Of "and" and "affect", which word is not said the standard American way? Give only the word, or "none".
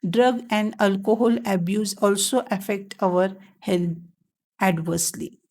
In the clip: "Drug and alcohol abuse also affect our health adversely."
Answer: none